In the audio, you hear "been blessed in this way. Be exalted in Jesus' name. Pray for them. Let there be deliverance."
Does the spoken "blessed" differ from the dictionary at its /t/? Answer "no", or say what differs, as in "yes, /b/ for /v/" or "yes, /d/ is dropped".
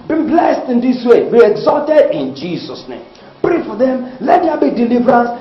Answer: no